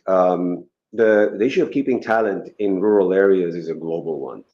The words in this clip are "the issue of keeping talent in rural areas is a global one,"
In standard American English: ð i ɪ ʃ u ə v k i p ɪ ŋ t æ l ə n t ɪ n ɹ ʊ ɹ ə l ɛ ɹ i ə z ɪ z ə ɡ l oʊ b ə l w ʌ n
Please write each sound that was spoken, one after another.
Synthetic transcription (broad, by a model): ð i ɪ ʃ u ə v k i p ɪ ŋ t æ l ə n t ɪ n ɹ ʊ ɹ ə l ɛ ɹ i ə z ɪ z ə ɡ l oʊ b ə l w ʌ n